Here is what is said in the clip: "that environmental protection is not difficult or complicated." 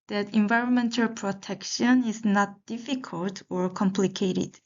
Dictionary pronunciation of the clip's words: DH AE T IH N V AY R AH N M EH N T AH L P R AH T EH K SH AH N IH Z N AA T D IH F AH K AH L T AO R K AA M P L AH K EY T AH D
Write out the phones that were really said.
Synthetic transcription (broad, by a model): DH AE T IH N V AY R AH N M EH N T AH L P R AH T EH K SH AH N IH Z N AA T D IH F AH K AH L T AO R K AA M P L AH K EY T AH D